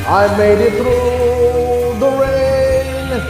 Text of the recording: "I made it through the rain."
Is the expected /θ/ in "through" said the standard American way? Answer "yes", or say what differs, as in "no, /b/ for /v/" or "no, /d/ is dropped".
no, /t/ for /θ/